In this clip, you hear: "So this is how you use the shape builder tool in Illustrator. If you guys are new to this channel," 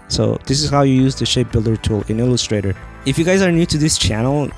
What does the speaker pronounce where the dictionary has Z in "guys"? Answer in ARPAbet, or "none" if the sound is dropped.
Z